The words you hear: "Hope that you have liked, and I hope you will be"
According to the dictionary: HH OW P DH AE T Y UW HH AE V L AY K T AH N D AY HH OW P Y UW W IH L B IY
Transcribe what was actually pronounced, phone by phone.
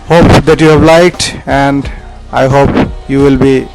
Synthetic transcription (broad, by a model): HH OW P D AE T Y UW HH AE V L AY K T AH N D AY HH OW P Y UW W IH L B IY